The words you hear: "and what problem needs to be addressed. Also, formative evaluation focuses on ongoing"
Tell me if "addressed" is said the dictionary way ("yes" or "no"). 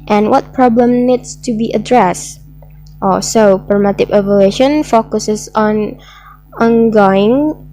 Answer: yes